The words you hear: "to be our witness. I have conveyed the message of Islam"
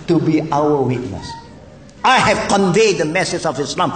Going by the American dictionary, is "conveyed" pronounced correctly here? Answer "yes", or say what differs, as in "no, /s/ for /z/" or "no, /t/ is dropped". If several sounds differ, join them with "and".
yes